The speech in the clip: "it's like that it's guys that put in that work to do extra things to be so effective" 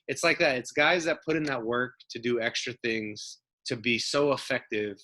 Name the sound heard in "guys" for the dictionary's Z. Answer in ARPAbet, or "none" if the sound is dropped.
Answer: Z